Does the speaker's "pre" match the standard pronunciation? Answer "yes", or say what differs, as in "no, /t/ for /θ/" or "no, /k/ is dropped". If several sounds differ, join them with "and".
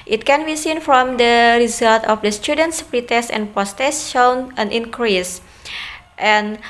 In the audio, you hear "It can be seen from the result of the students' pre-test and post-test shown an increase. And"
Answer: yes